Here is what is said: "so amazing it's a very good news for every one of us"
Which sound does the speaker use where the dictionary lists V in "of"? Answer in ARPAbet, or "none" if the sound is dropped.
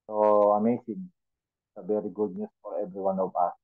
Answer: P